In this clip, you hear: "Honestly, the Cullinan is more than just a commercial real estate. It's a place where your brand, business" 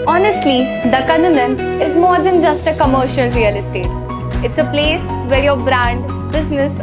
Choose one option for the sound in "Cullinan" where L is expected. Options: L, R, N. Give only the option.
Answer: N